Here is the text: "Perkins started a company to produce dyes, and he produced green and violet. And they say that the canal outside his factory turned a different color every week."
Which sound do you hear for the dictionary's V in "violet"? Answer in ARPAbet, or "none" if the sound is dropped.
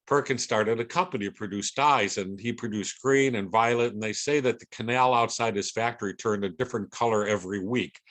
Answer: V